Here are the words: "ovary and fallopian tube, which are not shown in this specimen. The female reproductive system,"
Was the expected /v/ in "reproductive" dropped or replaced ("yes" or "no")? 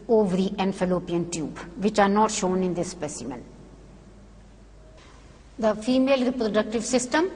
no